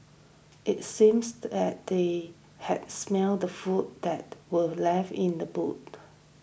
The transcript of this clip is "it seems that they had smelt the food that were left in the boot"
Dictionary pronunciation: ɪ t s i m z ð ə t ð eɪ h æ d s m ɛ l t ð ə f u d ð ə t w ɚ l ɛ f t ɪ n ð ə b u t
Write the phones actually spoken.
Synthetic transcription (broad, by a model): ɪ t s i m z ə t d eɪ h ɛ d s m ɛ l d ə f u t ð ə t w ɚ l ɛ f ɪ n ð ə b u t